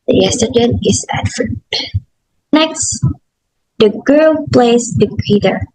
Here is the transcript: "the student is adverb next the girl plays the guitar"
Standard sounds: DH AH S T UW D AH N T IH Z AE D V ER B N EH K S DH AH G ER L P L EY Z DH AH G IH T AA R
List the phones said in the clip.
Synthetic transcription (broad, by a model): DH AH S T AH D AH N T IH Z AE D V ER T N EH K S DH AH G ER L P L EY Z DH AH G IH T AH R